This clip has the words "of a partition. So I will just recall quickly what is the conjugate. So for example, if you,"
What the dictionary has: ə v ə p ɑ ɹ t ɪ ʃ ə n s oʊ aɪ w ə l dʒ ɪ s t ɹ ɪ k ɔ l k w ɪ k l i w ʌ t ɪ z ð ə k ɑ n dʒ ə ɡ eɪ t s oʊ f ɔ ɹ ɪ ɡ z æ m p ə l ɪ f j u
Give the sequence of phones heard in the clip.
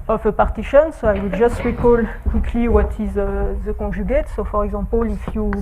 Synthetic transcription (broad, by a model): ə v ə p ɑ ɹ t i ʃ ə n s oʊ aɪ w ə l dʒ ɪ s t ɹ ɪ k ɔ l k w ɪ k l i w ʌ t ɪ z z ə k ɑ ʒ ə ɡ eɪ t s oʊ f ɔ ɹ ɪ ɡ z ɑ p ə l ɪ f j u